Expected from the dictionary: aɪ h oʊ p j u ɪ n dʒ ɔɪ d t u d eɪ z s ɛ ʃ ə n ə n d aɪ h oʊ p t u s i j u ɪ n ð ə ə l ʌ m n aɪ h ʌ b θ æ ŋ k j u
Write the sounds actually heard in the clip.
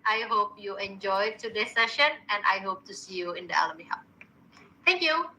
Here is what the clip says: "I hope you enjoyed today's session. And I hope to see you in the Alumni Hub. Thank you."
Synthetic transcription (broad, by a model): aɪ h oʊ p j u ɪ n dʒ ɔɪ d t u d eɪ s ɛ ʃ ə n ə n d aɪ h oʊ p t u s i j u ɪ n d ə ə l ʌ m i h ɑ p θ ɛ ŋ k j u